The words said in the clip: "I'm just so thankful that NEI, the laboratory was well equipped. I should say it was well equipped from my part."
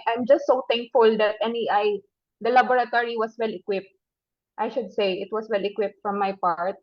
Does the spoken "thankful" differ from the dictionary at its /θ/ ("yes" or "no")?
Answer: yes